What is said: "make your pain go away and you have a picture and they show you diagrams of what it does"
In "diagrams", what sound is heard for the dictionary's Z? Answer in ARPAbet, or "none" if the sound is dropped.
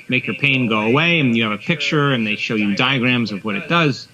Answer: Z